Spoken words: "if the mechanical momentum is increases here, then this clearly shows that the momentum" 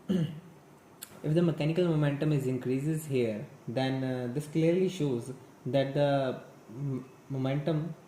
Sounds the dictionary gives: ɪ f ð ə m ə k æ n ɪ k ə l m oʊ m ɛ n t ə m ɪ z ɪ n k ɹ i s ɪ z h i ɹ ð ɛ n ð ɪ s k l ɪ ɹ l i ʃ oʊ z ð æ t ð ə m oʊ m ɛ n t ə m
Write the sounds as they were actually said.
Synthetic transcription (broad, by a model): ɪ f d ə m ə k æ n ɪ k ə l m oʊ m ɛ n t ə m ɪ z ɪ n k ɹ i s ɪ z h i ɹ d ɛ n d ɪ s k l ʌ ɹ l i ʃ oʊ z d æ t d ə m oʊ m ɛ n t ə m